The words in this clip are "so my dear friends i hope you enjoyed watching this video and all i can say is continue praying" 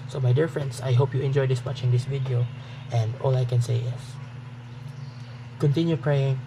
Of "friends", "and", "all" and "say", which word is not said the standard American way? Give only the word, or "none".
friends